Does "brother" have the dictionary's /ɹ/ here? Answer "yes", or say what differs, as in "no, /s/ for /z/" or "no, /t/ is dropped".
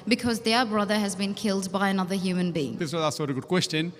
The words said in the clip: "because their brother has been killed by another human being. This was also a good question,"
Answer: yes